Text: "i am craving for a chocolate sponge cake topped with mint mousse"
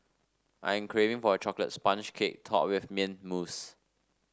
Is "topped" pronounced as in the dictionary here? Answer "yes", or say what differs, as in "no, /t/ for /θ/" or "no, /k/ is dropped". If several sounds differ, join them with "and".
no, /p/ is dropped